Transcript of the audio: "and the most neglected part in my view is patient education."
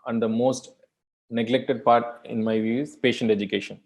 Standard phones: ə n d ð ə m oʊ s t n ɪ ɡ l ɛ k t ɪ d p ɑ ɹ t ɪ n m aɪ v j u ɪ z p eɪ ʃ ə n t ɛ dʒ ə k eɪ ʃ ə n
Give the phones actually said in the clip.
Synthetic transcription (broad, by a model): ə n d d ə m oʊ s t n ɪ ɡ l ɛ k t ɪ d p ɑ ɹ t ɪ n m aɪ v j u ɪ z p eɪ ʃ ə n t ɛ dʒ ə k eɪ ʃ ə n